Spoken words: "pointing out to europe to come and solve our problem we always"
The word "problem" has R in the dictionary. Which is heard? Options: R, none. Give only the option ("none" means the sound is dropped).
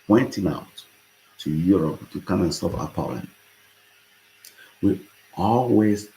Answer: none